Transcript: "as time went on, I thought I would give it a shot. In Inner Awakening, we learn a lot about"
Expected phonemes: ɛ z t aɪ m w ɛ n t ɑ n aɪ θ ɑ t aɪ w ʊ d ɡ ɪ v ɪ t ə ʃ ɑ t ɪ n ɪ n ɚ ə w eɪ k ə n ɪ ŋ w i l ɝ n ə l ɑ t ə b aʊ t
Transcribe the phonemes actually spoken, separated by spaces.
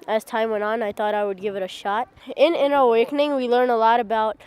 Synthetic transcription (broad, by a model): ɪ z t aɪ m w ɛ n t n aɪ θ ɑ t aɪ w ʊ d ɡ ɪ v ɪ t ə ʃ ɑ t ɪ n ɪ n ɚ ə w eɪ k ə n ɪ ŋ w i l ɝ n ə l ɑ t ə b aʊ t